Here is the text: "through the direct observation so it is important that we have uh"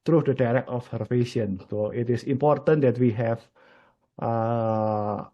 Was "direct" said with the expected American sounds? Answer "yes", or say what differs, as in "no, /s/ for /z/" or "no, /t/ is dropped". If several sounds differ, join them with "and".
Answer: no, /t/ is dropped